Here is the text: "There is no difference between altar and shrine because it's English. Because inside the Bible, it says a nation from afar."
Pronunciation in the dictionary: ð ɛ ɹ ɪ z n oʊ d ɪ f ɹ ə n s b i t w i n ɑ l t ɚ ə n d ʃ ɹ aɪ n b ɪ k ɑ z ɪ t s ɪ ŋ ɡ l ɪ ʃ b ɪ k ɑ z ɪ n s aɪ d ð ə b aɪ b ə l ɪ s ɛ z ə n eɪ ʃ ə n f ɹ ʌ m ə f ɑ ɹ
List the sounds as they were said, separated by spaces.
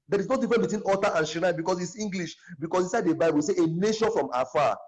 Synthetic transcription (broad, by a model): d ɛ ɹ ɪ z n oʊ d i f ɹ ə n b i t w i n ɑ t t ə n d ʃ i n b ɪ k ɑ s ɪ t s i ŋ ɡ l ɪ ʃ b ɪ k ɑ s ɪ s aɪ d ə b aɪ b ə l ɪ s ɛ ə n eɪ ʃ ə n f ɹ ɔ m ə f ɑ